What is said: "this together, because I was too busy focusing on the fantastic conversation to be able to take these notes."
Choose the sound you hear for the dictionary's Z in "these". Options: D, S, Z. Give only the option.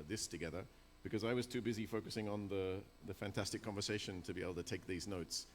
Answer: Z